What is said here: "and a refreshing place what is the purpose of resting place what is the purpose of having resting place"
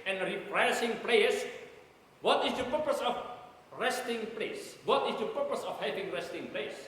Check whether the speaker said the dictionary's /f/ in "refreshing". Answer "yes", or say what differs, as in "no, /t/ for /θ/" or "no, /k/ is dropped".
no, /p/ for /f/